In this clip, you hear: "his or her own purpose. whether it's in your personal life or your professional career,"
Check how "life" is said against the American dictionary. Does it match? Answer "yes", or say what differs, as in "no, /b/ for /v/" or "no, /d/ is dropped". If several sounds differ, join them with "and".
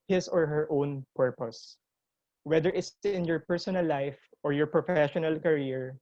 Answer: yes